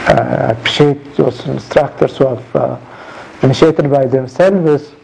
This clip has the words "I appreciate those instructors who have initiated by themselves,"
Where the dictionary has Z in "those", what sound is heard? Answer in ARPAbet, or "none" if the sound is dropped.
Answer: S